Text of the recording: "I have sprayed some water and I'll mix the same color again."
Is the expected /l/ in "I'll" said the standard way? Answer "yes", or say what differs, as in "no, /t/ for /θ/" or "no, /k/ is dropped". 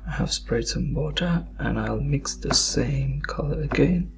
yes